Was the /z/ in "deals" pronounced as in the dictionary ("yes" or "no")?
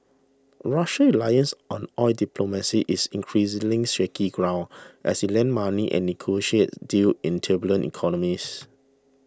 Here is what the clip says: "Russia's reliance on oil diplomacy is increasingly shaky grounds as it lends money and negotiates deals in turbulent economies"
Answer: no